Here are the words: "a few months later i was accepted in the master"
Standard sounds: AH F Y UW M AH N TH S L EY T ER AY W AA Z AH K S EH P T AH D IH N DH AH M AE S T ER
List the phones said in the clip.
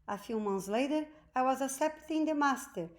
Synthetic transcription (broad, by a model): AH F Y UW M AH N T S L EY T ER AY W AA Z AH S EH P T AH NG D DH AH M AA S T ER